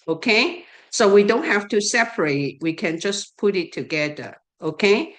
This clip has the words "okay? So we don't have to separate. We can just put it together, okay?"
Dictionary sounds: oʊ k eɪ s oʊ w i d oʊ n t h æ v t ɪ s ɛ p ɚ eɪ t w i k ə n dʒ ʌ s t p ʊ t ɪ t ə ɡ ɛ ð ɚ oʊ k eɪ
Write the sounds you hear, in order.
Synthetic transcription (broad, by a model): oʊ k eɪ s oʊ w i d oʊ n t h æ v t ɪ s ɛ p ɚ eɪ t w i k ə n dʒ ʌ s p ʊ t ɪ t ə ɡ ɛ ð ɚ oʊ k eɪ